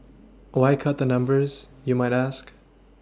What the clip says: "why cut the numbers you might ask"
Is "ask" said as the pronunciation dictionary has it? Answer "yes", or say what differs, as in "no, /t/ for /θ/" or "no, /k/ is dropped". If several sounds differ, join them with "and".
yes